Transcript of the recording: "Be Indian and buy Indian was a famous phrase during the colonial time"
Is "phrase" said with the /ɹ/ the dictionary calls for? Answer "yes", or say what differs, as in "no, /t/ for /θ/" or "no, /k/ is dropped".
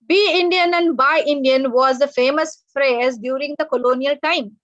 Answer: yes